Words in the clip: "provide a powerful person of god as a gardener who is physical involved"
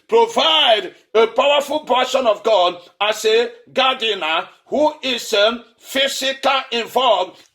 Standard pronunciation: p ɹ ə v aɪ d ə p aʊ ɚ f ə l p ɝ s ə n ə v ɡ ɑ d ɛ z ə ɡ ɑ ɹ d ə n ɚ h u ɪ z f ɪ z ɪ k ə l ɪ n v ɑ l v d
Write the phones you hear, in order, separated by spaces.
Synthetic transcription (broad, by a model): p ɹ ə v aɪ d ə p aʊ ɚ f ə l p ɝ ʃ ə n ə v ɡ ɑ d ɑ s ə ɡ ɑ d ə n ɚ h u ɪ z f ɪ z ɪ k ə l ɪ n v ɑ l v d